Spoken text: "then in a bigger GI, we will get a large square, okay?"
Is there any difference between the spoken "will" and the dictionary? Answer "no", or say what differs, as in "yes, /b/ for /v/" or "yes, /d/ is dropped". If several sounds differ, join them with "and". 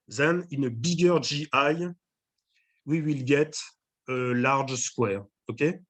no